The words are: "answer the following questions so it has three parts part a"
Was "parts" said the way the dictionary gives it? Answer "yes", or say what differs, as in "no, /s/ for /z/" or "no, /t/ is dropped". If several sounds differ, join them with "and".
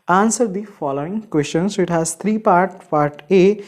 no, /s/ is dropped